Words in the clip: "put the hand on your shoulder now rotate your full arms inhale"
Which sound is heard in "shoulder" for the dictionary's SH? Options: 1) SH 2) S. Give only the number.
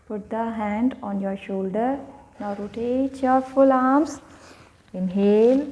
1